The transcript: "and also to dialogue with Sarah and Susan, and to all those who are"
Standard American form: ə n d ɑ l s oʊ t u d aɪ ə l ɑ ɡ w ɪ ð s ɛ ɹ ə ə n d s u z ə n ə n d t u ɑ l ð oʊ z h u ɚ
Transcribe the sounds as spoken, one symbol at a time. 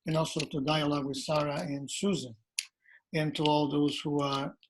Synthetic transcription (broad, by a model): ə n ɑ l s oʊ t u d aɪ ə l ɑ ɡ w ɪ ð s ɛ ɹ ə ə n s u z ə n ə n t u ɑ l ð oʊ z h u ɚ